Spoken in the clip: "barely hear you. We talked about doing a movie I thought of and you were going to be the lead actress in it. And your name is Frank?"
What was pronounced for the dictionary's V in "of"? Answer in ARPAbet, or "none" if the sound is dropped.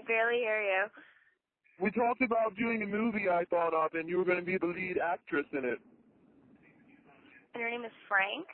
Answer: P